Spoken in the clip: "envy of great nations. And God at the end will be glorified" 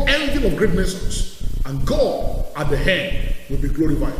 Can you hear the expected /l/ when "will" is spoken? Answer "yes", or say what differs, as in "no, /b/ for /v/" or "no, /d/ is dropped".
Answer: yes